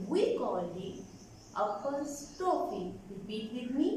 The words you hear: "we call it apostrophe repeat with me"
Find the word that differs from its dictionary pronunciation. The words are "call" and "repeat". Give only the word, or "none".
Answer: repeat